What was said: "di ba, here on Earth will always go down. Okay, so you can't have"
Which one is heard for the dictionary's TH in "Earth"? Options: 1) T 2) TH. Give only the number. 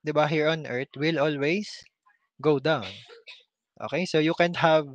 1